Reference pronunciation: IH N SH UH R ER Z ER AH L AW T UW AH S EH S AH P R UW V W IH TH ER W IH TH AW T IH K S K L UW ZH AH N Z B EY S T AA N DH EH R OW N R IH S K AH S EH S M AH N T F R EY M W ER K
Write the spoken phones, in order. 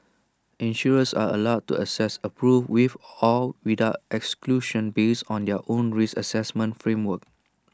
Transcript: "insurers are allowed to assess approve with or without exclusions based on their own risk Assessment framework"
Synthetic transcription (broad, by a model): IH N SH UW R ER S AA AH L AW T UW AH S EH S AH P R UW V W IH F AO W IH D AW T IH K S K L UW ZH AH N B EY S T AA N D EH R OW N R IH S AH S EH S M AH N T F R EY M W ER K